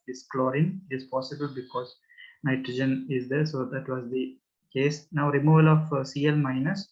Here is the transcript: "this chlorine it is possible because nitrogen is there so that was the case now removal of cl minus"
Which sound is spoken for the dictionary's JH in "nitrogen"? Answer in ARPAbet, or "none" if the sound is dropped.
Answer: JH